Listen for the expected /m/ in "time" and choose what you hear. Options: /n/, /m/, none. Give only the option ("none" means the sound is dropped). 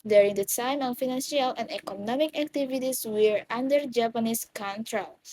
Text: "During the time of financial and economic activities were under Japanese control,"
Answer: /m/